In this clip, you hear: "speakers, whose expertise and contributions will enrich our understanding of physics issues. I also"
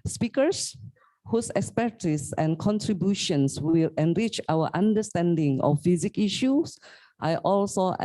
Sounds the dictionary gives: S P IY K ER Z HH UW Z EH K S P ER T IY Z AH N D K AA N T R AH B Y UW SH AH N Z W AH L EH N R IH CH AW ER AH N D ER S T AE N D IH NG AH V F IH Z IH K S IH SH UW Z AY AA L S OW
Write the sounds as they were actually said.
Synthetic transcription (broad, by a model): S P IY K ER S HH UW S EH K S P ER T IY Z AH N K AA N T R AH B Y UW SH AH N S W AH L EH N R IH CH AW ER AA N D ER S T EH N D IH NG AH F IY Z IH K IY SH UW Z AY AA L S OW